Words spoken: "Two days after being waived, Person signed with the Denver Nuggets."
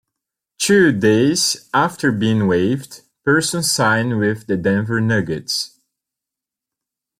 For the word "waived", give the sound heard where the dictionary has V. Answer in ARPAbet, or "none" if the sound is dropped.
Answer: V